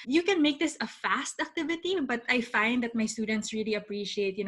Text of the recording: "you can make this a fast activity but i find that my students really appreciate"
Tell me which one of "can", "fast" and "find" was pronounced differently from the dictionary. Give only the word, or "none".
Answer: none